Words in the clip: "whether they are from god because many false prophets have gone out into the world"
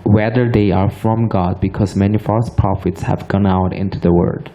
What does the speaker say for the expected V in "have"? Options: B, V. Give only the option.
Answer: V